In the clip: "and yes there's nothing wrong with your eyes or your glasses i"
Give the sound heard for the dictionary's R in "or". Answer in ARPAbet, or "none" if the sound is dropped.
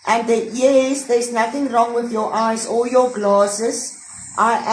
L